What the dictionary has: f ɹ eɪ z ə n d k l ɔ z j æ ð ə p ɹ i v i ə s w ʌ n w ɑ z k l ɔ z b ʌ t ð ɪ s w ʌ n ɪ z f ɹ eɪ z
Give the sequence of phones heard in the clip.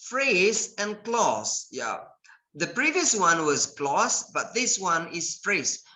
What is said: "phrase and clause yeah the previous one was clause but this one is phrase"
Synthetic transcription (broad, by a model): f ɹ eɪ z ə n k l ɔ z j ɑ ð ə p ɹ i v i ə s w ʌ n w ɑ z k l ɔ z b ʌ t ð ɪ s w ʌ n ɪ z f ɹ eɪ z